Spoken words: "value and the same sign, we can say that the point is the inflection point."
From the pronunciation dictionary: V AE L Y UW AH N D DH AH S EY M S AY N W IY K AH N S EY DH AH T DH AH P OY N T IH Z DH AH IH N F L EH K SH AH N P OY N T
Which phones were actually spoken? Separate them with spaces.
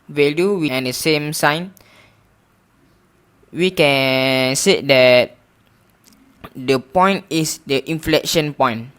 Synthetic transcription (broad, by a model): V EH L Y UW AH N D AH S EY M S AY N W IY K AH N S EY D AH T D AH P OY N T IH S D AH IH N F L EH K SH AH N P OY N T